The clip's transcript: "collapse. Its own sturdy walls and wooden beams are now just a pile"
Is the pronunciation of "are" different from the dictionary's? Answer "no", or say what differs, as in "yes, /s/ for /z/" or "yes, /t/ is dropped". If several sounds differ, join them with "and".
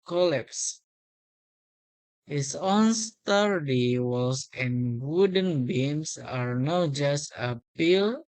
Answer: no